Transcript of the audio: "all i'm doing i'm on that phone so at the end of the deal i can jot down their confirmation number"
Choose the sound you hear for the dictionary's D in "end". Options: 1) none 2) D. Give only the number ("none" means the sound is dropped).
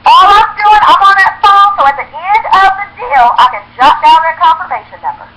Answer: 2